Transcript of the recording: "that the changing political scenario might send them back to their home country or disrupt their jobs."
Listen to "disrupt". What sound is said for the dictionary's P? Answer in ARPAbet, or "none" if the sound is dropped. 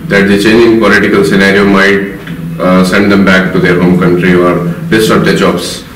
none